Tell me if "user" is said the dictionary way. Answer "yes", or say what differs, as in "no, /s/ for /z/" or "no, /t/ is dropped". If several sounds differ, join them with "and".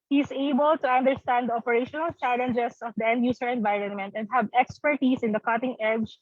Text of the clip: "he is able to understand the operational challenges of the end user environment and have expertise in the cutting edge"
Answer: no, /s/ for /z/